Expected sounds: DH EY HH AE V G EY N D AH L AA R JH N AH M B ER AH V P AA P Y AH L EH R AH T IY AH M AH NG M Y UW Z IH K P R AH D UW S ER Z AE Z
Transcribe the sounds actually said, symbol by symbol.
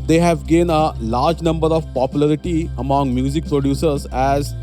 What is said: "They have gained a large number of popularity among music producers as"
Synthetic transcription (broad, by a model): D EY HH AE V G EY N AH L AA R JH N AH M B ER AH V P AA P Y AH L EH R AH T IY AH M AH NG M Y UW Z IH K P R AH D UW S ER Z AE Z